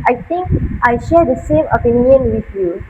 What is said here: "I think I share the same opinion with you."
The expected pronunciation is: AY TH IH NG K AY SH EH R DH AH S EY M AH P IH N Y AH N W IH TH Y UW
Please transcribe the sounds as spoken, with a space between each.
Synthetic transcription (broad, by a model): AY T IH NG K AY SH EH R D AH S EY M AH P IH N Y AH N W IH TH Y UW